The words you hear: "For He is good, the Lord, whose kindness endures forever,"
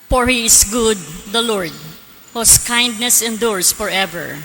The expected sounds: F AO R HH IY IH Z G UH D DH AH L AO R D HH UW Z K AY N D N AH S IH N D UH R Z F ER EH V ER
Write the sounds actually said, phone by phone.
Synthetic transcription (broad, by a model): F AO R HH IY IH S G UH D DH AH L AO R D HH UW S K AY N D N AH S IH N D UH R S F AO EH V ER